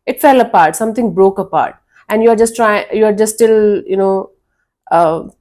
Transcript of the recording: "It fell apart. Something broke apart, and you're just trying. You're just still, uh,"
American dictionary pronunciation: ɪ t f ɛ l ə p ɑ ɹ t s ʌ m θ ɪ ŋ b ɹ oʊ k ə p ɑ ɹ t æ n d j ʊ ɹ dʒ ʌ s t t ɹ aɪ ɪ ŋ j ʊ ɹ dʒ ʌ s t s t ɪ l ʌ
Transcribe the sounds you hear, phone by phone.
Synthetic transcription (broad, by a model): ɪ t f ɛ l ə p ɑ ɹ t s ʌ m t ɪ ŋ b ɹ oʊ k ə p ɑ ɹ t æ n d j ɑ ɹ dʒ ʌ s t t ɹ aɪ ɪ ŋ j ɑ ɹ dʒ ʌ s t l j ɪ n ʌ